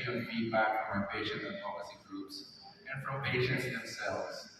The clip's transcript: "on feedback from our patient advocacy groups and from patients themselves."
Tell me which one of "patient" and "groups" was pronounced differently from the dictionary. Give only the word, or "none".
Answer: patient